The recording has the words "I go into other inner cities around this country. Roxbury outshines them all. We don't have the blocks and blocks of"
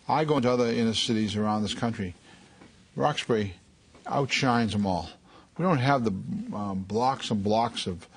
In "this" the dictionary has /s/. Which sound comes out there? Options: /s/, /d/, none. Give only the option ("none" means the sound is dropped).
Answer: /s/